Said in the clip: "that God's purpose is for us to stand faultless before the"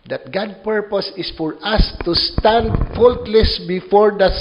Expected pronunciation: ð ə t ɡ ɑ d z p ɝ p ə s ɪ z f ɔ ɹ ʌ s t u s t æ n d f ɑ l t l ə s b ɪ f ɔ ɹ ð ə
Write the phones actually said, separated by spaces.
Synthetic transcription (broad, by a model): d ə t ɡ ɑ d p ɝ p ə s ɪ s f ɔ ɹ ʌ s t u s t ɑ n d f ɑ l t l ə s b ɪ f ɔ ɹ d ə